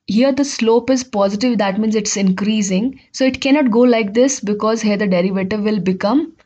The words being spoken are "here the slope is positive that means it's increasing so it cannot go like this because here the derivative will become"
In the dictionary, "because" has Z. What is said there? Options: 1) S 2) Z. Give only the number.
2